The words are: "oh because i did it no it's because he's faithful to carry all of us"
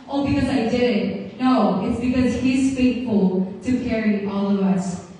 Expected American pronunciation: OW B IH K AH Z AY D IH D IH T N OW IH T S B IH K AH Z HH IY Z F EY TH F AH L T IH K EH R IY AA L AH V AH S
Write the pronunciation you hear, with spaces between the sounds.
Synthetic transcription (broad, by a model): OW B IH K AH Z AY D IH D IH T N OW IH T S B IH K AH Z HH IY Z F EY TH F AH L T IH K EH R IY AA L AH V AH S